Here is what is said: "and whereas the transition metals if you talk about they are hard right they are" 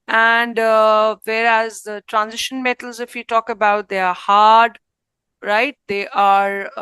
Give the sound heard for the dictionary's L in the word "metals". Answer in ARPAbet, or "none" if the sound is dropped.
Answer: L